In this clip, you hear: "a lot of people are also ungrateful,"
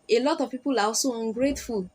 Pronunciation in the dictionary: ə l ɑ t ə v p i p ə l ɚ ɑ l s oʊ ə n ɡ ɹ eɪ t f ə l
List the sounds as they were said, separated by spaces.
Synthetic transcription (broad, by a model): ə l ɑ t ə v p i p ə l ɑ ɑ s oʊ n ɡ ɹ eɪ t f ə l